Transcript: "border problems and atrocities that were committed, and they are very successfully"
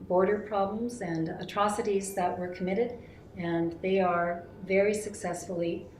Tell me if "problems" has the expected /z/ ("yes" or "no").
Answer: yes